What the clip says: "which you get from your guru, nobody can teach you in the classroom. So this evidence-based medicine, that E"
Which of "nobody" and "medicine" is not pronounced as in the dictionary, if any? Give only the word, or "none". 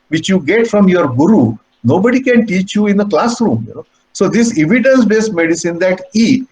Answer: none